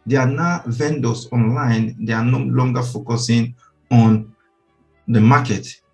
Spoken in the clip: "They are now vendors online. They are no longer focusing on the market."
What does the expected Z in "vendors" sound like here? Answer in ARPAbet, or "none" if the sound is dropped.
S